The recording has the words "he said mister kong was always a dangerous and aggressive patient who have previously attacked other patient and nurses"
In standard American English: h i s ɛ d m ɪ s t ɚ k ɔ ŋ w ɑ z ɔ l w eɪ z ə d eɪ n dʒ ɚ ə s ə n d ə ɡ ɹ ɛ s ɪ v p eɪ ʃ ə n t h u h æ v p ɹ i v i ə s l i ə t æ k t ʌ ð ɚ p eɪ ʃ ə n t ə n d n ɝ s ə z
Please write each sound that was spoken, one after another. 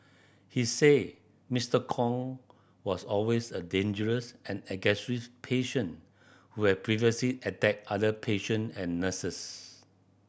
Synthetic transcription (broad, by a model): h i s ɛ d m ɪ s t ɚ k ɔ ŋ w ɑ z ɔ l w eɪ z ə d eɪ n dʒ ɚ ə s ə n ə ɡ ɛ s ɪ p eɪ ʃ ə n h u h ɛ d p ɹ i v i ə s l i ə t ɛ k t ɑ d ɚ p eɪ ʃ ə n ə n n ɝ s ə s